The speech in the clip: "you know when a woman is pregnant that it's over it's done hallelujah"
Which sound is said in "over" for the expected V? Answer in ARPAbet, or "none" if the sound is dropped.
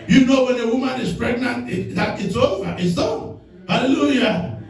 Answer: none